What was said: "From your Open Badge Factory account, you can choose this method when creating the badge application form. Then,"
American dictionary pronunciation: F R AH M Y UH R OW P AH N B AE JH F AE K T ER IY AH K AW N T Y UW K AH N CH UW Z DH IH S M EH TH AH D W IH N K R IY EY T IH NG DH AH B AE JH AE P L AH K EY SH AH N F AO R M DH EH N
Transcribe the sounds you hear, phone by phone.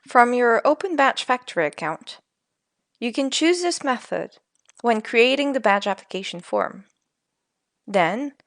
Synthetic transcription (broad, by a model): F R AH M Y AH R OW P AH N B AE CH F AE K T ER IY AH K AW N T Y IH K AH N CH UW Z DH IH S M EH TH AH D W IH N K R IY EY T IH NG DH AH B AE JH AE P L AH K EY SH N F AO R M DH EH N